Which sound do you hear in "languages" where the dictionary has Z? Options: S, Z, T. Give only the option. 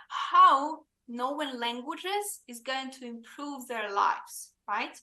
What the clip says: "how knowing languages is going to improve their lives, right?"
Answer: Z